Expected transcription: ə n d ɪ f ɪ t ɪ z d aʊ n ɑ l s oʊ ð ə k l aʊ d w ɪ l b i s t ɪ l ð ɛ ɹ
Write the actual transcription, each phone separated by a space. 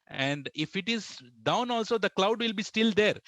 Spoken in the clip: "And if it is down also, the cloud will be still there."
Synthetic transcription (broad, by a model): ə n d ɪ f ɪ t ɪ z d aʊ n ɑ l s oʊ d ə k l aʊ d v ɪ l b i s t ɪ l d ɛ ɹ